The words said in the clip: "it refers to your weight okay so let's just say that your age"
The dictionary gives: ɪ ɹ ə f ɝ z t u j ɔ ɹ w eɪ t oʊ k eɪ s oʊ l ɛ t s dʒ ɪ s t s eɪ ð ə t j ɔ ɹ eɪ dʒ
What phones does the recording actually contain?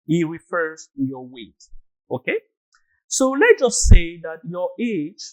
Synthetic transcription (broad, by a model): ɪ ɹ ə f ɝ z t u j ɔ w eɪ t oʊ k eɪ s oʊ l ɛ t dʒ ɪ s t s eɪ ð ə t j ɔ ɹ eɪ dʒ